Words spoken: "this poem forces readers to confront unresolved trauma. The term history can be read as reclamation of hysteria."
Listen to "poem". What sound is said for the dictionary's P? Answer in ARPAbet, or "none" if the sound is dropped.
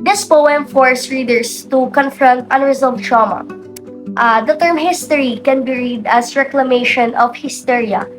P